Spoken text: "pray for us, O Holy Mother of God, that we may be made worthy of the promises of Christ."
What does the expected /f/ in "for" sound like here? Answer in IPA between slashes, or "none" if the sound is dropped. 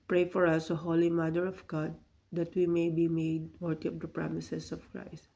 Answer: /f/